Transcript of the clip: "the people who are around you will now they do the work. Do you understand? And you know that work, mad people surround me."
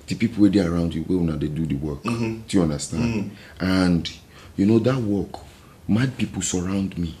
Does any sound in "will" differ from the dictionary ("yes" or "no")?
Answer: yes